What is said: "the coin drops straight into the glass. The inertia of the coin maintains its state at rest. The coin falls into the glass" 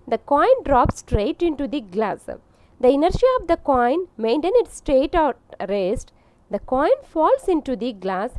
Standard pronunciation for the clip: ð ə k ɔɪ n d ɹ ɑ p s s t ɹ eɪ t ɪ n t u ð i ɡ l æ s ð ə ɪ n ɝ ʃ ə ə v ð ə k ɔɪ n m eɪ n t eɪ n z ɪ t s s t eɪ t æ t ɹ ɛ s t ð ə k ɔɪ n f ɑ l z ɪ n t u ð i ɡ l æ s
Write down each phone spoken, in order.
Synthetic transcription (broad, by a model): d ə k ɔɪ n d ɹ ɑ p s s t ɹ eɪ t ɪ n t u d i ɡ l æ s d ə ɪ n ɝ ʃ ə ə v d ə k ɔɪ n m eɪ n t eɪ n ɪ t s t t eɪ t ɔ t ɹ ɛ s t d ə k ɔɪ n f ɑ l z ɪ n t u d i ɡ l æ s